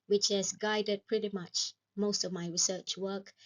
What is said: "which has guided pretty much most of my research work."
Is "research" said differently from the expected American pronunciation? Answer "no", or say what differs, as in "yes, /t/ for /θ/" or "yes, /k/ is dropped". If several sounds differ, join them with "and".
no